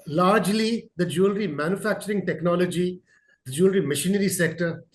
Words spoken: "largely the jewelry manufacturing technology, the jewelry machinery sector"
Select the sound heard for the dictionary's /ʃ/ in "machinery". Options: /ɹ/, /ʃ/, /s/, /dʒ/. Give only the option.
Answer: /ʃ/